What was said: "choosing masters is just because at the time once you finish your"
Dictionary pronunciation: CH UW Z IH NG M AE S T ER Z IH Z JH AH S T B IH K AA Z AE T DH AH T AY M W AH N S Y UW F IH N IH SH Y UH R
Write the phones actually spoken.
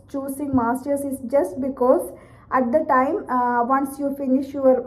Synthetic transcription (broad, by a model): CH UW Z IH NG M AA S T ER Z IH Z JH AH S T B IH K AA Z AE T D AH T AY M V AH N S Y UW F IH N IH SH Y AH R